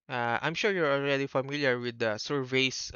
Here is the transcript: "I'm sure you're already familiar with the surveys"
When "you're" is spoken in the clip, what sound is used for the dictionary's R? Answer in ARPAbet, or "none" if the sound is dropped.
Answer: R